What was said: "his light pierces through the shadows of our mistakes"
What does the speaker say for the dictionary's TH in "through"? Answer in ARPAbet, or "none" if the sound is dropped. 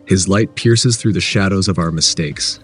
TH